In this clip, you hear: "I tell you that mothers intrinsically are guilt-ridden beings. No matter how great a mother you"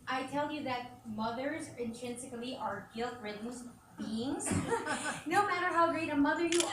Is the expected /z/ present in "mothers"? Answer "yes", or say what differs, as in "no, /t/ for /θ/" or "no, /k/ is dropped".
yes